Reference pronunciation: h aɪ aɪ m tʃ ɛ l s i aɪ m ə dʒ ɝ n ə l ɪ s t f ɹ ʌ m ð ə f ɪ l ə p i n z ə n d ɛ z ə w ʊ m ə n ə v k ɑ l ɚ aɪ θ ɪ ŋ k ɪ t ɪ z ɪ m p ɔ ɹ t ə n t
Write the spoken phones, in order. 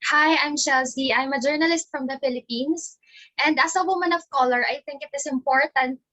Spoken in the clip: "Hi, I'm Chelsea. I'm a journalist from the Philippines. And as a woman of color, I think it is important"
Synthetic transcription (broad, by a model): h aɪ aɪ m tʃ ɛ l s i aɪ m ə dʒ ɝ n ə l ɪ s t f ɹ ʌ m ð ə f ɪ l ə p i n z ə n d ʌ s ə w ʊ m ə n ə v k ɑ l ɚ aɪ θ ɪ ŋ k ɪ t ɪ s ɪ m p ɔ ɹ t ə n t